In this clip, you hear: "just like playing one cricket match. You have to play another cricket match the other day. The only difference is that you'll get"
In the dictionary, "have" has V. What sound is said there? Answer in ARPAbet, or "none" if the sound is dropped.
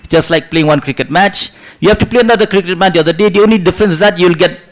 F